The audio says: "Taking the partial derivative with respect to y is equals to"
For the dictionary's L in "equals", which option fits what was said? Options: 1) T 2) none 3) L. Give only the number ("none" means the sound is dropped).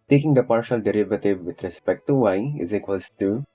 2